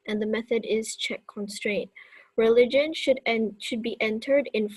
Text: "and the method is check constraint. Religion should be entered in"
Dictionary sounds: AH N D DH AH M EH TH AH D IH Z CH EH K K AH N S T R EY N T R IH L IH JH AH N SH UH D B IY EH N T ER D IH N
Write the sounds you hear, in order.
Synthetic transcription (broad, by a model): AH N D DH AH M EH TH AH D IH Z CH EH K K AH N S T R EY N T R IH L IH JH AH N SH UH D B IY EH N T ER D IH N